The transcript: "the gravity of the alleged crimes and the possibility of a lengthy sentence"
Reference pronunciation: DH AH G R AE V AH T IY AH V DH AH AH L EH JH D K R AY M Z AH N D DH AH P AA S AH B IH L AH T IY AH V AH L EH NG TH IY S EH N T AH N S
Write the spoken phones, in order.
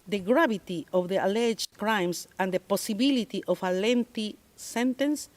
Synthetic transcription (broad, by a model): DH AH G R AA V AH T IY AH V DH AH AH L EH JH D K R AY M S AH N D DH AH P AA S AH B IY L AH T IY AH F AH L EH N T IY S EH N T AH N S